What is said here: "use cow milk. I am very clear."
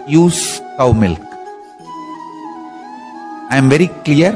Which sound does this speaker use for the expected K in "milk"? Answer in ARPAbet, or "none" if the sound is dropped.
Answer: K